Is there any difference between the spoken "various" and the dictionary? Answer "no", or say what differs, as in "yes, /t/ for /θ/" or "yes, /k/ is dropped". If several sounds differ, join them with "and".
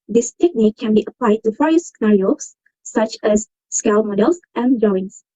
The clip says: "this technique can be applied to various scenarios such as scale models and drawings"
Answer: yes, /f/ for /v/